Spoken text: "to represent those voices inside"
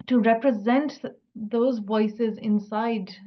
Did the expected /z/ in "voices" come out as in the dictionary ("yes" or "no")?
yes